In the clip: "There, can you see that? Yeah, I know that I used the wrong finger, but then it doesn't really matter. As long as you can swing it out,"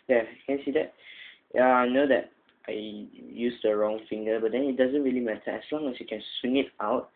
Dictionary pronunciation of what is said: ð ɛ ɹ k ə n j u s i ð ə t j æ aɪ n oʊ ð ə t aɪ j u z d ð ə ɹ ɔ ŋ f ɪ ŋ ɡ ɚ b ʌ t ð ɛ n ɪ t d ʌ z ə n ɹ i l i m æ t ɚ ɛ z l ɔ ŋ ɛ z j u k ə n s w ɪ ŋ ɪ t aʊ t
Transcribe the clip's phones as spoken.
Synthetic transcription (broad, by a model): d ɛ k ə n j s i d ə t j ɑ aɪ n oʊ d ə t aɪ j u s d ə ɹ ɔ ŋ f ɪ ŋ ɡ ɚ b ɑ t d ɛ n ɪ t d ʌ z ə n ɹ i l i m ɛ t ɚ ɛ s l ɔ ŋ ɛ s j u k ə n s w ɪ ŋ ɪ t aʊ t